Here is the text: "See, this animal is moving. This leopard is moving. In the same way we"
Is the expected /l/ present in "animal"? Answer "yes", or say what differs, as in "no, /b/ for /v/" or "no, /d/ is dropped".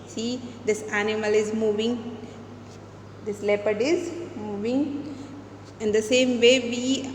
yes